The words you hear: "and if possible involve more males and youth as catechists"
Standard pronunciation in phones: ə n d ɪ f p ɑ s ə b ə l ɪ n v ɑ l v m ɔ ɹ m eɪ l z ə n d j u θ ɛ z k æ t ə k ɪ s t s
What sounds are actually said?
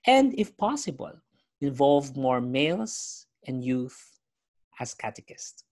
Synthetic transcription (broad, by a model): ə n d ɪ f p ɑ s ə b ə l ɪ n v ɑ l v m ɔ ɹ m eɪ l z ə n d j u θ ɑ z k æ t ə k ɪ s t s